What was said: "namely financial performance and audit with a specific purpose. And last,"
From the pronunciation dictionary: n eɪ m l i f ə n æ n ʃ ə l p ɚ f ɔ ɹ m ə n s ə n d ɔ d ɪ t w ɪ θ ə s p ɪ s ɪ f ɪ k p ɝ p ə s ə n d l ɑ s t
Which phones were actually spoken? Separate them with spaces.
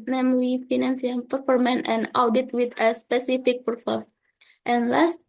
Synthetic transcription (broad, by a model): n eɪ m l i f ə n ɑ n s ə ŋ p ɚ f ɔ ɹ m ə n ə n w d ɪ t w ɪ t ə s p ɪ s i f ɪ k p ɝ f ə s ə n l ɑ s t